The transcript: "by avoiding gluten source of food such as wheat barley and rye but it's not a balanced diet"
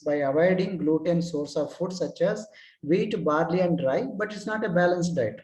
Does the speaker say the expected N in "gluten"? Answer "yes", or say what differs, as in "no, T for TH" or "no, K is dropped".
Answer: yes